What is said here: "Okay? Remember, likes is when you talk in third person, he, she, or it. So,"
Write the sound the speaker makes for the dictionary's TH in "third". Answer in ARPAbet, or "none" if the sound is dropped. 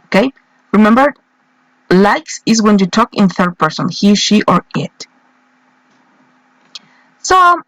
TH